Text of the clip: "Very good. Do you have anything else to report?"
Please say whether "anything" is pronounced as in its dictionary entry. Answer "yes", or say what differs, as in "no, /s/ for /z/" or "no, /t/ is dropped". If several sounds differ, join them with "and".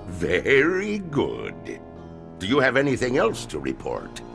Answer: yes